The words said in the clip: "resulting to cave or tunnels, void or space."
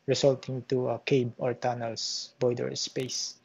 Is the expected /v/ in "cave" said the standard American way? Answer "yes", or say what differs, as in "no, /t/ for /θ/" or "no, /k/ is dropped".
no, /b/ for /v/